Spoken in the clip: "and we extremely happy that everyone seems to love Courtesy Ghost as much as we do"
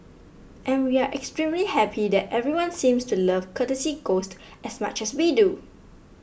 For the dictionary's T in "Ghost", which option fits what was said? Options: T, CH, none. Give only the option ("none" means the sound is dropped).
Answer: T